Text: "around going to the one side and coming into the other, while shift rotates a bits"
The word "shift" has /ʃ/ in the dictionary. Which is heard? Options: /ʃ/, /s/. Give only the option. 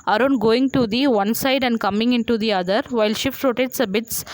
/ʃ/